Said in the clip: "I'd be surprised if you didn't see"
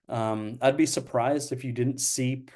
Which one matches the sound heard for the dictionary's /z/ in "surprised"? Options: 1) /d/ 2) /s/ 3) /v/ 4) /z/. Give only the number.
4